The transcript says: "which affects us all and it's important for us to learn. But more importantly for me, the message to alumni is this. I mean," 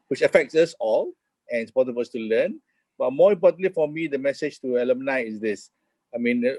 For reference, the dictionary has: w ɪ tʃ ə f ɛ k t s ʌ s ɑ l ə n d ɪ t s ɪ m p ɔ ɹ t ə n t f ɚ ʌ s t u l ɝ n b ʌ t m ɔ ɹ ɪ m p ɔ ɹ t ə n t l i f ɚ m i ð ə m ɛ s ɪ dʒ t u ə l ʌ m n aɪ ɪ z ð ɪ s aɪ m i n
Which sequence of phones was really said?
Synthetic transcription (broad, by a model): w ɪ tʃ ə f ɛ k t s ʌ s ɑ l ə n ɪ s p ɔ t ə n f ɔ ʌ s t u l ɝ n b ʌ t m ɔ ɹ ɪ m p ɔ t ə n l i f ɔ m i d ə m ɛ s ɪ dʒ t u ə l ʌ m n aɪ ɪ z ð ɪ s aɪ m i n